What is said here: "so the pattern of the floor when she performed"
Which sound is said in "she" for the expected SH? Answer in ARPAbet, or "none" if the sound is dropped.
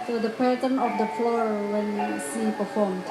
S